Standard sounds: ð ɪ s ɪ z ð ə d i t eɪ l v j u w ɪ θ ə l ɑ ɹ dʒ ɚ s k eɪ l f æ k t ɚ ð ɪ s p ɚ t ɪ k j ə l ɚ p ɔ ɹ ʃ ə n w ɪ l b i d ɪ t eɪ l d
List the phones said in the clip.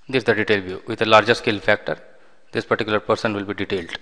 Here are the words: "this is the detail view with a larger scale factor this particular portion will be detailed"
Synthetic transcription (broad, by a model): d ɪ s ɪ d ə d i t eɪ l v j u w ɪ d ə l ɑ ɹ dʒ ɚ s k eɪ l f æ k t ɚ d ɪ s p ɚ t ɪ k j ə l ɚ p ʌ ɹ s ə n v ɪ l b i d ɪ t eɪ l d